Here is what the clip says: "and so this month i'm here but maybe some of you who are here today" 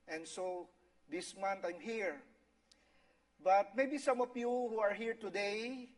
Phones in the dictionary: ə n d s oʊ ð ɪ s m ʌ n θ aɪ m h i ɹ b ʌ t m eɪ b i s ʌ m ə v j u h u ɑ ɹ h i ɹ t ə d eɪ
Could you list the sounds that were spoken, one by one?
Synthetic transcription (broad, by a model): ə n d s oʊ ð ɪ s m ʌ n t aɪ m h i ɹ b ʌ t m eɪ b i s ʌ m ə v j u h u ɑ ɹ h i ɹ t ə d eɪ